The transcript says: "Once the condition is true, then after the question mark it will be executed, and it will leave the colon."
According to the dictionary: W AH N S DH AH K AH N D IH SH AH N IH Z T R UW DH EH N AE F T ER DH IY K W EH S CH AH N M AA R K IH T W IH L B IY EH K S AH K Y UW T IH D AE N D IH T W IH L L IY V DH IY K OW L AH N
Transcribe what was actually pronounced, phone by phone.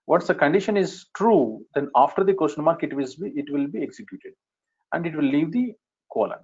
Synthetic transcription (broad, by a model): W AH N S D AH K AH N D IH SH AH N IH Z T R UW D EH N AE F T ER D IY K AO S SH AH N M AA R K IH T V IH L B IY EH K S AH K Y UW T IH D AE N D IH T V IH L L IY V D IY K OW L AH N